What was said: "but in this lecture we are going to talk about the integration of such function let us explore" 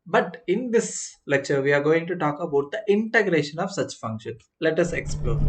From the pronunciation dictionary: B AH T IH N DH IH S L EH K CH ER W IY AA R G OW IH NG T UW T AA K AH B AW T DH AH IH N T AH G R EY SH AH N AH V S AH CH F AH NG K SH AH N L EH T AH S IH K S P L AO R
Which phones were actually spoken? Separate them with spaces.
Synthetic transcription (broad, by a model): B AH T IH N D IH S L EH K CH ER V IY AA R G OW IH NG T UW T AA K AH B AW T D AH IH N T AH G R EY SH AH N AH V S AH CH F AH NG K SH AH N L EH T AH S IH K S P L AO R